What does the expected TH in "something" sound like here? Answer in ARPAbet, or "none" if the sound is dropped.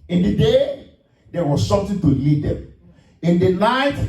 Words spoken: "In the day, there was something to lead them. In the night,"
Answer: T